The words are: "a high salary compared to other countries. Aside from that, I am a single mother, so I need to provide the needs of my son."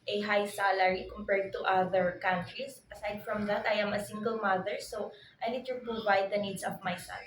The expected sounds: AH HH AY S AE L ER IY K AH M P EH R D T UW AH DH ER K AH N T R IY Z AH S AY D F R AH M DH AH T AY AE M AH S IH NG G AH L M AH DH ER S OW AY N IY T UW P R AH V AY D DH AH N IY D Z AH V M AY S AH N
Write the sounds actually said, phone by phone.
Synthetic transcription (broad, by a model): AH HH AY S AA L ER IY K AH M P EH R D T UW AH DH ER K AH N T R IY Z AH S AY D F R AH M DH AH T AY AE M AH S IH NG G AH L M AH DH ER S OW AY N IY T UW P AH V AY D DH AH N IY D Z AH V M AY S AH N